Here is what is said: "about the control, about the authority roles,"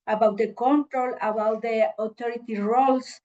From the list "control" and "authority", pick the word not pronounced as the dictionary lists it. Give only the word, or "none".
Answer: authority